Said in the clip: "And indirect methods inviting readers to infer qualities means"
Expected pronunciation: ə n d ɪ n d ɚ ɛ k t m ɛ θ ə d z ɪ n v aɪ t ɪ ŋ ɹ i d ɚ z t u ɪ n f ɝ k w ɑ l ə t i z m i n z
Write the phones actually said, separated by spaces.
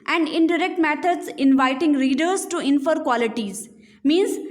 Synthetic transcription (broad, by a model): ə n d ɪ n d ɚ ɛ k t m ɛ t ə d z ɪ n v aɪ t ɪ ŋ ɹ i d ɚ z t u ɪ n f ɝ k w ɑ l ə t i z m i n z